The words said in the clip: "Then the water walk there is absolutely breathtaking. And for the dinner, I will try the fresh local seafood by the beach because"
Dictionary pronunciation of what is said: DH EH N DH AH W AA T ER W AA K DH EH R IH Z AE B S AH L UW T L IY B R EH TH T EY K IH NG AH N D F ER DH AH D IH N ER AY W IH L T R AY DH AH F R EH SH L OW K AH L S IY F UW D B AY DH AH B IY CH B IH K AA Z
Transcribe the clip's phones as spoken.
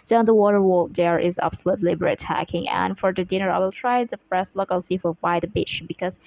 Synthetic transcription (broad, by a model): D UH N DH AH W AA T ER W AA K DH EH R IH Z AE B S AH L UW T L IY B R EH T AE K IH NG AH N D F ER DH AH D IH N ER AY W IH L T R AY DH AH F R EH S L OW K AH L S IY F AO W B AY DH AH B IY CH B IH K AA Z